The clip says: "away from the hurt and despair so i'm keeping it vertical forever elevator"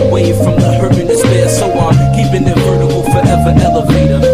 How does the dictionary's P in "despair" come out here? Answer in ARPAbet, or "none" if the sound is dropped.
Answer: B